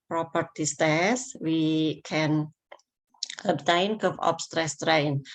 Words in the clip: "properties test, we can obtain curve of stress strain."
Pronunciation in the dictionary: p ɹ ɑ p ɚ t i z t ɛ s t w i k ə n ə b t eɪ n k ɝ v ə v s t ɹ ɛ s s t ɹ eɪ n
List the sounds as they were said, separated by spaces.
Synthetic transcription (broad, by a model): p ɹ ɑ p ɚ t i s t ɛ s w i k ə n ə b t eɪ n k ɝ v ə p s t ɹ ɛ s s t ɹ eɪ n